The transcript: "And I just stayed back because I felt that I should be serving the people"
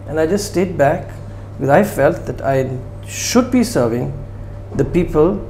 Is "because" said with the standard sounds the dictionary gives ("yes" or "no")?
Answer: no